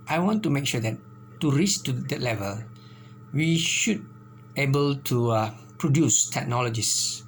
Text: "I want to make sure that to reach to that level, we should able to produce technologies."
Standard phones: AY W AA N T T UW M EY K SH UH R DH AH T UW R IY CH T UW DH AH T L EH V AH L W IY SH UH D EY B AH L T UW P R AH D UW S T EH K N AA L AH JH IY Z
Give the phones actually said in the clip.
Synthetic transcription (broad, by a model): AY W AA N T T UW M EY K SH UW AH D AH T UW R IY S T UW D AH T L EH V AH L W IY SH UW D EY B AH L T UW P R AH D UW S T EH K N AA L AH JH IY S